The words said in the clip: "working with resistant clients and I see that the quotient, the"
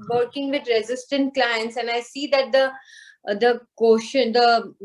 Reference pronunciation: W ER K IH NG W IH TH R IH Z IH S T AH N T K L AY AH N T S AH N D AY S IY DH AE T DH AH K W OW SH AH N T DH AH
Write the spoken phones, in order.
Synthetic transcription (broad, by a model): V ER K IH NG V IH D R IH Z IH S T AH N T K L AY AH N T S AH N AY S IY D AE T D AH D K OW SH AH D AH